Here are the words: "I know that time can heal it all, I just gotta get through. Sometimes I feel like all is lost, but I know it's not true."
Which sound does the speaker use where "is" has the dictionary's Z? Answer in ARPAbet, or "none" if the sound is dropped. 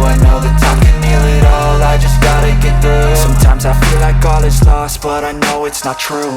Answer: S